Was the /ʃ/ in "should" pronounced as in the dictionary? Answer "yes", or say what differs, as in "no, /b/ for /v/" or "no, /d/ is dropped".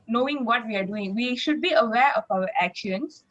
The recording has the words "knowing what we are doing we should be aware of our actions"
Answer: yes